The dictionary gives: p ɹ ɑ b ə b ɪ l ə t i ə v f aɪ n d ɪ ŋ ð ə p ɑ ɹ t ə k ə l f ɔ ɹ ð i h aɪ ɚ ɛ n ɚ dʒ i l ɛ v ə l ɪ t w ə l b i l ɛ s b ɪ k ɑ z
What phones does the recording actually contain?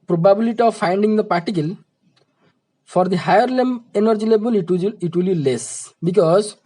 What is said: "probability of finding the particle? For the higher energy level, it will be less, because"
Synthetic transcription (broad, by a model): p ɹ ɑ b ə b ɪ l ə t i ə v f aɪ n d ɪ ŋ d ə p ɑ ɹ t ə k ə l f ɔ ɹ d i h aɪ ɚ ɛ n ɚ dʒ i l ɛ b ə l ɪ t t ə l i l ɛ s b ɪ k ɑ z